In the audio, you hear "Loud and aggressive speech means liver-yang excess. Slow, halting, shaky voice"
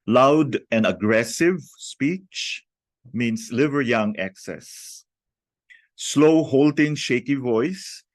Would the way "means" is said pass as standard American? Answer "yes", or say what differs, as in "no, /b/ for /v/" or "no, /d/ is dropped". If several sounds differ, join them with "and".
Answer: no, /s/ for /z/